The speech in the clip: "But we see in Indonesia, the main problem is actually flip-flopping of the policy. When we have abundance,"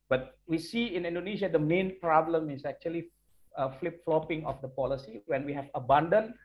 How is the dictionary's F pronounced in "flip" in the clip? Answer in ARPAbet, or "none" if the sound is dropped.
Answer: F